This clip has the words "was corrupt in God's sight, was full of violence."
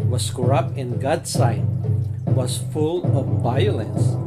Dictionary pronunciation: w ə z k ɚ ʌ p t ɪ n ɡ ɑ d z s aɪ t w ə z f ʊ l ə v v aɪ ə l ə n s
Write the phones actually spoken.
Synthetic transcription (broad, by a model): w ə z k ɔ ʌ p ɪ n ɡ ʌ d s aɪ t w ə z f ʊ l ə v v aɪ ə l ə n s